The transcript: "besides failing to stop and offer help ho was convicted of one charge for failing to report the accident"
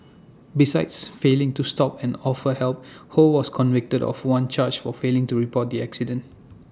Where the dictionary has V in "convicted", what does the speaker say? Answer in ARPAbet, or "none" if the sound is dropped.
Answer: V